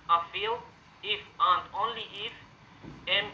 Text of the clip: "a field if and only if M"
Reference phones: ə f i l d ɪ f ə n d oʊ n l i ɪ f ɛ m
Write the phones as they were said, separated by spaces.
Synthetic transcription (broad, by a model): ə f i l ɪ f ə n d oʊ n l i ɪ f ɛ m